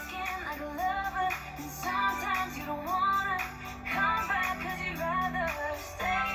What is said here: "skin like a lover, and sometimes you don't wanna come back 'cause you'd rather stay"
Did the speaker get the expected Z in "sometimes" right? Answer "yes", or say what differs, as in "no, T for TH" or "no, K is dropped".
yes